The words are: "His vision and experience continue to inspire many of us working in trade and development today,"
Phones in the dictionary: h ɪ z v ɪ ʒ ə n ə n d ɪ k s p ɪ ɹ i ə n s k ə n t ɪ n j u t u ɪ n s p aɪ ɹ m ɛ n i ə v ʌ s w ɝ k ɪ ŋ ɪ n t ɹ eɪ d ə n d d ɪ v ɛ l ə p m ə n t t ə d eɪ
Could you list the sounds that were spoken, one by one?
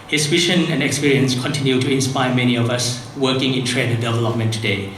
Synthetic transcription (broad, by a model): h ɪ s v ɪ ʃ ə n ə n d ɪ k s p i ɹ i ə n s k ə n t ɪ n j u t u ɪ n s p aɪ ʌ m ɛ n i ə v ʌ s w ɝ k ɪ ŋ ɪ n t ɹ eɪ d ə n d d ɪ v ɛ l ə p m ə n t t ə d eɪ